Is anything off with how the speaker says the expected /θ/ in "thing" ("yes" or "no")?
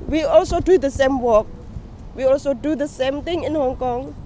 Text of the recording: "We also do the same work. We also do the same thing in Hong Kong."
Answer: yes